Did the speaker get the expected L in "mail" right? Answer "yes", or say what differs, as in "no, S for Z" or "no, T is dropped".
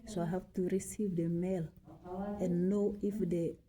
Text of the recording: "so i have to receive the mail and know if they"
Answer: yes